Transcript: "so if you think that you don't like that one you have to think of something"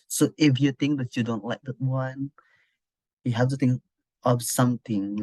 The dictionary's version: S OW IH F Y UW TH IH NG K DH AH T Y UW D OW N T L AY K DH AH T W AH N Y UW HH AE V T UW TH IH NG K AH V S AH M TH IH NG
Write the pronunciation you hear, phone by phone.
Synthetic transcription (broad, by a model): S OW IH F Y UW T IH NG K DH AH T Y UW D OW N T L AY K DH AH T W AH N Y UW HH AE F T UW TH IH NG K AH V S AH M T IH NG